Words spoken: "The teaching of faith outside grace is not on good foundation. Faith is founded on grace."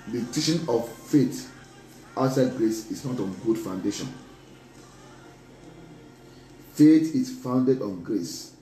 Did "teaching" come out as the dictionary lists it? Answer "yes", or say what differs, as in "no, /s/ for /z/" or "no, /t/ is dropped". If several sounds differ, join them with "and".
no, /ʃ/ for /tʃ/